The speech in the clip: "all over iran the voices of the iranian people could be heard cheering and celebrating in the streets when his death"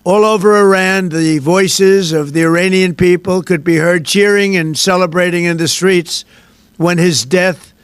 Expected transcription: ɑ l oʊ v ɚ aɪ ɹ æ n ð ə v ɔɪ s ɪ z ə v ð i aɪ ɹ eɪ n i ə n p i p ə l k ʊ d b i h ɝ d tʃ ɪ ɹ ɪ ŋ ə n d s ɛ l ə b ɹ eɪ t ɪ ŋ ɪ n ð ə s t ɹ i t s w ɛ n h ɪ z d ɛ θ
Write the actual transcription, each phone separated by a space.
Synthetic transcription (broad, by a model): ɑ l oʊ v ɚ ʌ ɹ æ n ð ə v ɔɪ s ɪ z ə v ð i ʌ ɹ eɪ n i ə n p i p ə l k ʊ d b i h ɝ d tʃ ɪ ɹ ɪ ŋ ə n s ɛ l ə b ɹ eɪ t ɪ ŋ ɪ n ð ə s t ɹ i t s w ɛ n ɪ z d ɛ θ